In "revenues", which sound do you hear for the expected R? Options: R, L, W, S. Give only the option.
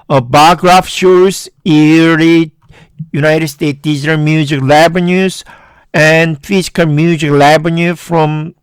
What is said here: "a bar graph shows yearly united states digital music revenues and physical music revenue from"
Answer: L